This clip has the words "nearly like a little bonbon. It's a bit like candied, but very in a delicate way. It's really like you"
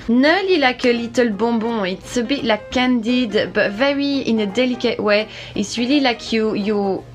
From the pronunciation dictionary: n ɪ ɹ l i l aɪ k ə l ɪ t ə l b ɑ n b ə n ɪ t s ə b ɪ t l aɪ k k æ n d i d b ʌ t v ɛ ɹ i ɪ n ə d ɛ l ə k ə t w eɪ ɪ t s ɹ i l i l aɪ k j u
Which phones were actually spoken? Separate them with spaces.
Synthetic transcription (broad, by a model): n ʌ l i l aɪ k ə l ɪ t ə l b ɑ b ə ɪ t s ə b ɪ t l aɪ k k æ n d i d b ʌ t v ɛ ɹ i ɪ n ə d ɛ l ə k ə t w eɪ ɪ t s w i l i l aɪ k j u